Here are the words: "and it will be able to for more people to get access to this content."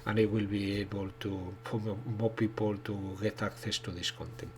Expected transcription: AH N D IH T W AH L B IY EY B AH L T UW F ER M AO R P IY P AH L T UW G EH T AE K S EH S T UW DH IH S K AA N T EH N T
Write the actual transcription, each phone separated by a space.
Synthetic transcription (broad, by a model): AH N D IH T W AH L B IY EY B AH L T UW P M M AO P IY P AH L T UW G EH T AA K TH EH S T UW DH IH S K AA N T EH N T